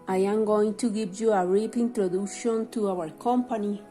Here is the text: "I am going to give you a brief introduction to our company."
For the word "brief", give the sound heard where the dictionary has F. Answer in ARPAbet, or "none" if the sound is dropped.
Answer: P